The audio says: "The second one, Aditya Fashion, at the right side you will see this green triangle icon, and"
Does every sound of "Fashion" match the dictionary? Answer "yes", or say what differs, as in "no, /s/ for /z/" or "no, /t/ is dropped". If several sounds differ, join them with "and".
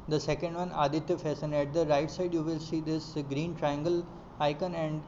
no, /s/ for /ʃ/